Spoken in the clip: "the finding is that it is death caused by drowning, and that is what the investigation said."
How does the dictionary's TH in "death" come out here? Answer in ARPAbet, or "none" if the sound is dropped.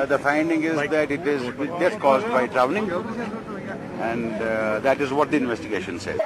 S